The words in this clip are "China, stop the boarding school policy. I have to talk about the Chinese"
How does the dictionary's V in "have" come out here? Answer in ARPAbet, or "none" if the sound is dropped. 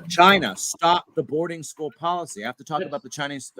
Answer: F